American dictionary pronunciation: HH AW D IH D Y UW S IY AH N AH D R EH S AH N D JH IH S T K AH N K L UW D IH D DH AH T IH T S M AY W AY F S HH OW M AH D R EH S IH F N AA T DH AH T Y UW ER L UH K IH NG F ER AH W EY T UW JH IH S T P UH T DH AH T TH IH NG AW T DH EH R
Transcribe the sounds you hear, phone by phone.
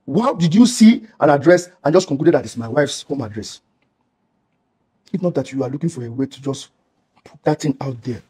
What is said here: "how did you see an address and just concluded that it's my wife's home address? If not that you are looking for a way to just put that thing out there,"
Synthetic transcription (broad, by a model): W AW D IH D Y UW S IY AH N AH D R EH S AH N JH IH S K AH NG K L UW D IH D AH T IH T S M AY W AY F S HH OW M AH D R EH S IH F N AA T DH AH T Y UW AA L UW K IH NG F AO AH W EY T UW JH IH S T P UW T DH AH T T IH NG AW T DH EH